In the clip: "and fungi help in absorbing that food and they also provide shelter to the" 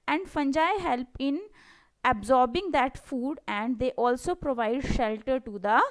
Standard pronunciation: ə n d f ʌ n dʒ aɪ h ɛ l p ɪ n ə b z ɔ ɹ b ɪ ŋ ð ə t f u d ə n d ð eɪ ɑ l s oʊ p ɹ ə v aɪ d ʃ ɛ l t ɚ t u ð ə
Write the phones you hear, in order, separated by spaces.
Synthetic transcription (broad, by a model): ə n d f ʌ n dʒ aɪ h ɛ l p ɪ n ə b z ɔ ɹ b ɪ ŋ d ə t f u d ə n d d eɪ ɑ l s oʊ p ɹ ə v aɪ d ʃ ɛ l t ɚ t u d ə